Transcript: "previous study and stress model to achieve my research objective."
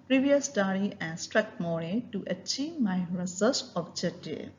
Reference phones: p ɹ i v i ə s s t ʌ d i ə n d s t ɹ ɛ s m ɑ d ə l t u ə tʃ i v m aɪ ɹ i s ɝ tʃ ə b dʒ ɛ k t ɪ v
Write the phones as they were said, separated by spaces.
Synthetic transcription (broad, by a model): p ɹ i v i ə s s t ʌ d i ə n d s t ɹ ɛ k m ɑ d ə t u ə tʃ i v m aɪ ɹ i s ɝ s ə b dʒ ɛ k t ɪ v